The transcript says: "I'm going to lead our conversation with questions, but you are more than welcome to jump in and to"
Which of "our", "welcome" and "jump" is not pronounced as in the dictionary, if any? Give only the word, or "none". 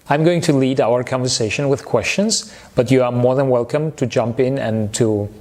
none